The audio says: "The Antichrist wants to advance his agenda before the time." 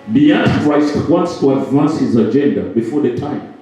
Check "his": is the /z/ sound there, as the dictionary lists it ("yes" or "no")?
yes